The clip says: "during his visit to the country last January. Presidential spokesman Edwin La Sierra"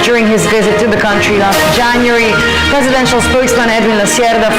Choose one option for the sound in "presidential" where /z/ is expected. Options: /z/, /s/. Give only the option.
/z/